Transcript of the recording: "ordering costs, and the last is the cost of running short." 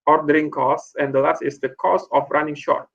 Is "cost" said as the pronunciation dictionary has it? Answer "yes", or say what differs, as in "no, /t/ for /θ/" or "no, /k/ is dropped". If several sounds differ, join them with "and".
no, /t/ is dropped